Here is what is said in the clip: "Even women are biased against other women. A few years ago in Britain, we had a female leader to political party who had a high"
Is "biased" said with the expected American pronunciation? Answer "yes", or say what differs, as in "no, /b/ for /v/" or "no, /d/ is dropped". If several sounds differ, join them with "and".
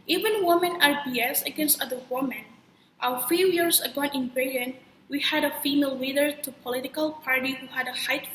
no, /t/ is dropped